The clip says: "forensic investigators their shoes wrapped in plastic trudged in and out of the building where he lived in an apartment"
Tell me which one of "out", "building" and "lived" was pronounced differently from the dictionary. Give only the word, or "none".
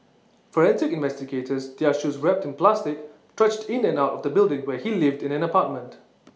none